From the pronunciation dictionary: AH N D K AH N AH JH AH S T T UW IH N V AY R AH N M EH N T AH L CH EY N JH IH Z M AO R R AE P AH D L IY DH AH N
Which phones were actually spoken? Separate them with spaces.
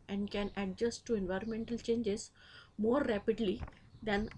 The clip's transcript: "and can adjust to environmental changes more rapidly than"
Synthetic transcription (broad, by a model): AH N D K AH N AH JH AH S T T UW IH N V AY R AH N M EH N T AH L CH EY N JH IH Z M AO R R AE P AH D L IY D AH N